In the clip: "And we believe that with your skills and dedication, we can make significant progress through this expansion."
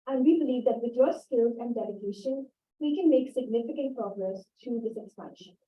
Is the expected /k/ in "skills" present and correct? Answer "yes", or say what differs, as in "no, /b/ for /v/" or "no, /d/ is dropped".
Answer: yes